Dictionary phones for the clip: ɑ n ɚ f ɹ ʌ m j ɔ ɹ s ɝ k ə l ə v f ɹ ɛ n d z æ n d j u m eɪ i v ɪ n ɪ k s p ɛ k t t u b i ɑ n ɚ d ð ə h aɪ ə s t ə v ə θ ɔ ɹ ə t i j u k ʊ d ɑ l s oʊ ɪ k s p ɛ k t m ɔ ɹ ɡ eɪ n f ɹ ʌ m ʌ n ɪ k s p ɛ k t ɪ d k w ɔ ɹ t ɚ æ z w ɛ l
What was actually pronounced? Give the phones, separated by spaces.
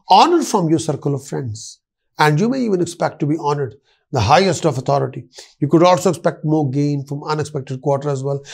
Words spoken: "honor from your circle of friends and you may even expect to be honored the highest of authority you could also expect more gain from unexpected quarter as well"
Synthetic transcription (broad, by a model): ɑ n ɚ f ɹ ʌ m j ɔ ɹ s ɝ k ə l ə v f ɹ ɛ n d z æ n d j u m eɪ i v ɪ n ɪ k s p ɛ k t t u b i ɑ n ɚ d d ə h aɪ ə s t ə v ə t ɔ ɹ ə t i j u k ʊ d ɑ l s oʊ ɪ k s p ɛ k t m ɔ ɹ ɡ eɪ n f ɹ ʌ m ʌ n ɪ k s p ɛ k t ɪ d k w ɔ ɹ t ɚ æ z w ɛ l